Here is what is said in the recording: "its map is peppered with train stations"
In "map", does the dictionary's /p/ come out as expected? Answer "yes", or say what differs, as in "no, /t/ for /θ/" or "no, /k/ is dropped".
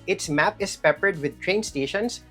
yes